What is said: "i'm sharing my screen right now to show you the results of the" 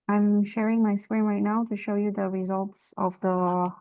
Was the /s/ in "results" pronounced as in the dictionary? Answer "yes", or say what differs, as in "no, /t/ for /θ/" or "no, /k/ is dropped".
yes